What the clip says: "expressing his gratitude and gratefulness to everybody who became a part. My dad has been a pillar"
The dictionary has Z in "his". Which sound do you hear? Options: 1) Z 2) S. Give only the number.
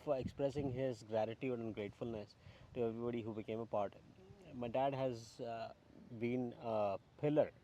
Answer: 1